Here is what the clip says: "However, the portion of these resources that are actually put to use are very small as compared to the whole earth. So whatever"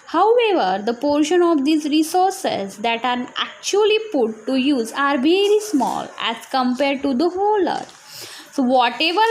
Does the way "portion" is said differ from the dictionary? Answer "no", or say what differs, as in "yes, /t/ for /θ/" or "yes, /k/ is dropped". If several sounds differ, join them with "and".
no